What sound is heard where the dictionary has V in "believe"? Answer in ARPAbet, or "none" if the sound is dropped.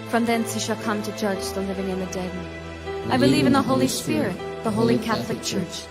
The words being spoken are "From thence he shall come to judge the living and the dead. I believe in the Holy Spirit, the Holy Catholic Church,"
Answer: V